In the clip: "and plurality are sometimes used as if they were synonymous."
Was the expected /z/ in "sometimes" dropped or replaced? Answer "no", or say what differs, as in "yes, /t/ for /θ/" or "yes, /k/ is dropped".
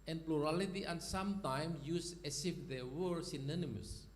yes, /z/ is dropped